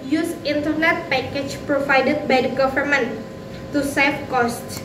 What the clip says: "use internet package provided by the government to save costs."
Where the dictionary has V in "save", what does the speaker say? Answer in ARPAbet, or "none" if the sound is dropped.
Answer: F